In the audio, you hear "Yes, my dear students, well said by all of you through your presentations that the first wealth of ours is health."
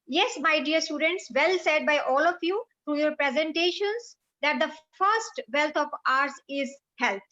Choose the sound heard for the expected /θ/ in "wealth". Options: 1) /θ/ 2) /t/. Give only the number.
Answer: 2